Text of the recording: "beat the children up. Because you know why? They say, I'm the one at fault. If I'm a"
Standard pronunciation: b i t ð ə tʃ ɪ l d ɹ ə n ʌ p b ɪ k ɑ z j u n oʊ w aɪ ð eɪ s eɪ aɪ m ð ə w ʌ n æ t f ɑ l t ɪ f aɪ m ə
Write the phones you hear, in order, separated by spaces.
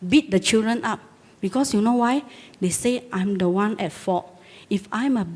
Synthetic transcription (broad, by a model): b i t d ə tʃ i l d ɹ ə n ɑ p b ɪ k ɑ s j u n oʊ w aɪ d eɪ s eɪ aɪ m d ə w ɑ n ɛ t f ɑ t ɪ f aɪ m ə